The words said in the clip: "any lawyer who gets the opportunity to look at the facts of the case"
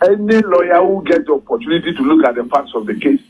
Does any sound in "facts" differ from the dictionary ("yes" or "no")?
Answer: yes